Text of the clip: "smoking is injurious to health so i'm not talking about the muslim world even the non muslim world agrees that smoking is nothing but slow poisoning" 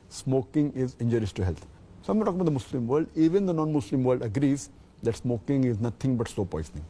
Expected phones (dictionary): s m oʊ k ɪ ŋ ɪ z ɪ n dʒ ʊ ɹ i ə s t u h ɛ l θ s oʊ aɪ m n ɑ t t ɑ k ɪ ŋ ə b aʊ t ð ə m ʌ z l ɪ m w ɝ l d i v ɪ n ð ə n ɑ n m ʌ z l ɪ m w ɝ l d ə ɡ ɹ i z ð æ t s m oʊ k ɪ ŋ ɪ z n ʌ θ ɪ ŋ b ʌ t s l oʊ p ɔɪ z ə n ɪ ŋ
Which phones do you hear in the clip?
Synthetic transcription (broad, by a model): s m oʊ k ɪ ŋ ɪ z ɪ n dʒ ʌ ɹ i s t u h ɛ l t s oʊ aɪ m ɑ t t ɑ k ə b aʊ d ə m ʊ s l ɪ m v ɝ l d i v ɪ n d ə n ɑ n m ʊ s l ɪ m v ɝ l d ə ɡ ɹ i z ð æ t s m oʊ k ɪ ŋ ɪ z n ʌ t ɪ ŋ b ʌ t s oʊ p ɔɪ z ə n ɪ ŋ